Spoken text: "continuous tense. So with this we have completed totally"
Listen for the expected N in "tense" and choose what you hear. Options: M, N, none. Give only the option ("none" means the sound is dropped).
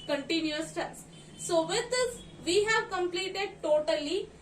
none